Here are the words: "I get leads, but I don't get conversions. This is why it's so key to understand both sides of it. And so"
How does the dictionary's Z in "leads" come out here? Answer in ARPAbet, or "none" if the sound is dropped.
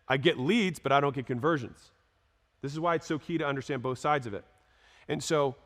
Z